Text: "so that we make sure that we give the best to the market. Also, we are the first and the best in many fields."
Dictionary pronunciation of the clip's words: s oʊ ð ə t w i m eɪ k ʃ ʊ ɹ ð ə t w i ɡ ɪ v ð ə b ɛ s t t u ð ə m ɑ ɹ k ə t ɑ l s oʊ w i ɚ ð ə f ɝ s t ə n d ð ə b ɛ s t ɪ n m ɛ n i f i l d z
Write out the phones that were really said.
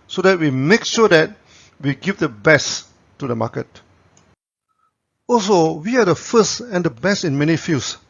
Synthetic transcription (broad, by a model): s oʊ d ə t w i m eɪ k ʃ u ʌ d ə t w i ɡ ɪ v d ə b ɛ s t t u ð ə m ɑ k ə t ɑ l s oʊ w i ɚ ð ə f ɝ s t ə n d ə b ɛ s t ɪ n m ɛ n i f i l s